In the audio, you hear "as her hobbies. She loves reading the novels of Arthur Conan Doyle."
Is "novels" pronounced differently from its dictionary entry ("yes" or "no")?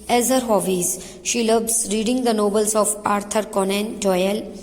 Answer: yes